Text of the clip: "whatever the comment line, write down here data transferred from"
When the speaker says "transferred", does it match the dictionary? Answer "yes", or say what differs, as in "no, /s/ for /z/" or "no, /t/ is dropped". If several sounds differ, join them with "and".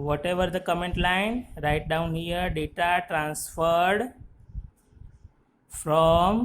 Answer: yes